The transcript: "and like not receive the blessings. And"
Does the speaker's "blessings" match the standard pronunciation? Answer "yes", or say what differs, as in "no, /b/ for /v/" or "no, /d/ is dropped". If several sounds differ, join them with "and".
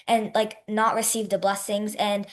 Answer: yes